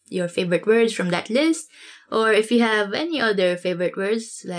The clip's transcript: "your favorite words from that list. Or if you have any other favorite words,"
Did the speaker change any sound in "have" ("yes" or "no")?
no